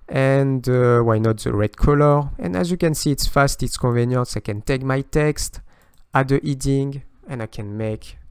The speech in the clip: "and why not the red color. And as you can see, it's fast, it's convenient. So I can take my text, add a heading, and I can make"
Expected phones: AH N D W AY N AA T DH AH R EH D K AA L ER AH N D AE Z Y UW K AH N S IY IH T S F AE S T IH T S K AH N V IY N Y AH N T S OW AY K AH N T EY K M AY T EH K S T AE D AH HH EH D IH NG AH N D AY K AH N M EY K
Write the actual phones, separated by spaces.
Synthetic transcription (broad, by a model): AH N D W AY N AA T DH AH R EH D K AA L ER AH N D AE Z Y UW K AH N S IY T S F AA S T IH T S K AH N V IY N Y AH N S AY K AH N T EY K M AY T EH K S T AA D AH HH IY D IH NG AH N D AY K AH N M EY K